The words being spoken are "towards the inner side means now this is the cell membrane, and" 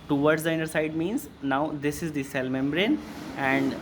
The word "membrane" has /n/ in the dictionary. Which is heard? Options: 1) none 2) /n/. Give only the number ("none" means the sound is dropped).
2